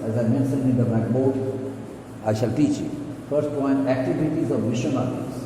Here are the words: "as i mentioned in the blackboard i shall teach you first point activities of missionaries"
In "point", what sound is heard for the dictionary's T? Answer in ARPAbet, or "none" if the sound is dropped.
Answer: none